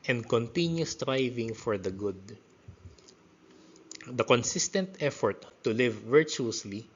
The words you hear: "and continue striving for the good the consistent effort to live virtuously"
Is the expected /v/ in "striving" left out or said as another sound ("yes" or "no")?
no